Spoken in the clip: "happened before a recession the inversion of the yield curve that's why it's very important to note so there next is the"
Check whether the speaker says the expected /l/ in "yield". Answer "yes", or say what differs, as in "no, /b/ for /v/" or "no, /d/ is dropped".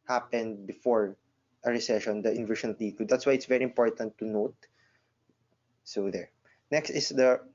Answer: no, /l/ is dropped